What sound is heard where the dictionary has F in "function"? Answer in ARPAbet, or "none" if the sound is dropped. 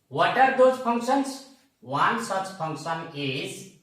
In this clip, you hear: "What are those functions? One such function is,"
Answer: P